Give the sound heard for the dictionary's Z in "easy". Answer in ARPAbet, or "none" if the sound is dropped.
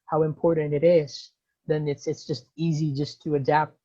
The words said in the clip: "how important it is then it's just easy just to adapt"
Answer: Z